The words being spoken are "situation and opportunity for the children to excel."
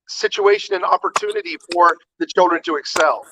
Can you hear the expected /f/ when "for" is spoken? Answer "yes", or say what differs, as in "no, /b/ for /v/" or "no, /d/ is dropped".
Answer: yes